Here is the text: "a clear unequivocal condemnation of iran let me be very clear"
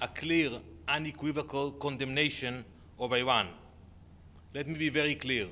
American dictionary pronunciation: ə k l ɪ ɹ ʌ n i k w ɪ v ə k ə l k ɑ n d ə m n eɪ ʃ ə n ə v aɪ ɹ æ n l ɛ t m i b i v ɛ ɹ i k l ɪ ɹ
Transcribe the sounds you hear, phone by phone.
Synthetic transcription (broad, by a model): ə k l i ɹ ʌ n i k w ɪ v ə k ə l k ɑ n d ə m n eɪ ʃ ə n ə v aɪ w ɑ n l ɛ t m i b i v ɛ ɹ i k l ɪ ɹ